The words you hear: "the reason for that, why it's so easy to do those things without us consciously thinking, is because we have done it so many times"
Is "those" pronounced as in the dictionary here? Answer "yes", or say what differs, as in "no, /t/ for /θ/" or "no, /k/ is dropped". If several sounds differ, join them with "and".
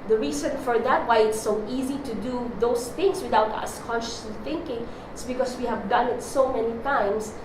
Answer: no, /s/ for /z/